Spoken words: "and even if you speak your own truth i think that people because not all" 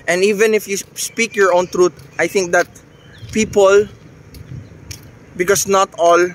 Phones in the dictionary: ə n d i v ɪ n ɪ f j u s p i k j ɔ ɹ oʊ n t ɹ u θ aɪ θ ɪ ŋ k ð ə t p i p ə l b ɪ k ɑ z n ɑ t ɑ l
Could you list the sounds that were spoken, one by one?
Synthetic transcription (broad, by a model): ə n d i v ɪ n ɪ f j u s p i k j ɔ ɹ oʊ n t ɹ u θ aɪ θ ɪ ŋ k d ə t p i p ə l b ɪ k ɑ s n ɑ t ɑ l